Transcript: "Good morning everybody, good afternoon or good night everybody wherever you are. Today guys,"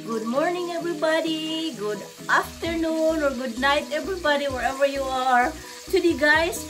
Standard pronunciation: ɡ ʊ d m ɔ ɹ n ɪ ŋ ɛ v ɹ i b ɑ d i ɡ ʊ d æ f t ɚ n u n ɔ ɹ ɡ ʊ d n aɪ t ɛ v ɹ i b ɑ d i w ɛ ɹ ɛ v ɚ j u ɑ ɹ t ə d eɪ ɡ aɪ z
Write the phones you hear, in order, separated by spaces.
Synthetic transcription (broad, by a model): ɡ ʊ d m ɔ ɹ n ɪ ŋ ɛ v ɹ i b ɑ d i ɡ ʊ d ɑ f t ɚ n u n ɔ ɹ ɡ ʊ d n aɪ t ɛ v ɹ i b ɑ d i w ɛ ɹ ɛ v ɚ j u ɑ ɹ t ə d eɪ ɡ aɪ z